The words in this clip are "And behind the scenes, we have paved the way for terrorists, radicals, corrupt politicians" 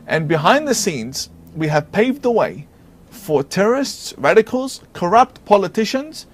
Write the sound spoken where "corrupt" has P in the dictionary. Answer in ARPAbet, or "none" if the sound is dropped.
P